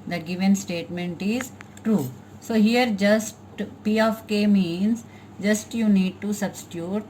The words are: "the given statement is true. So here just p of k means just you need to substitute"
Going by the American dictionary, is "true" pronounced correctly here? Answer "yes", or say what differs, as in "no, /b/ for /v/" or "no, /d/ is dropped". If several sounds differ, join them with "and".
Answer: yes